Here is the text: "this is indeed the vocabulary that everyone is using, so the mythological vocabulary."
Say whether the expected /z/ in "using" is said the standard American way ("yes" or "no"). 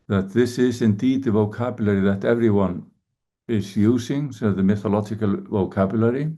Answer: yes